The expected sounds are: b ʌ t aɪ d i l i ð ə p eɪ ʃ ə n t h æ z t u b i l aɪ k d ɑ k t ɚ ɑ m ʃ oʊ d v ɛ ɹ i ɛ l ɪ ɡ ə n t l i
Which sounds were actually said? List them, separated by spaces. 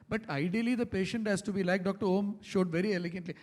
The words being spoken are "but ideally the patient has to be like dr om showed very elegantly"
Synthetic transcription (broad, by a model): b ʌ t aɪ d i l i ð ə p eɪ ʃ ə n t h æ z t u b i l aɪ k d ɑ k t ɚ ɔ m ʃ oʊ d v ɛ ɹ i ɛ l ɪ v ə n t l i